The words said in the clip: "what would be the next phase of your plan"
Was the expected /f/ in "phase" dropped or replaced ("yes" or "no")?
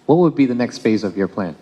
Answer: no